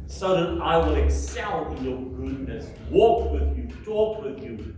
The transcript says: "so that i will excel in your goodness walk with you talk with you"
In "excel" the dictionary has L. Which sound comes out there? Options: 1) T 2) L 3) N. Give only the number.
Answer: 3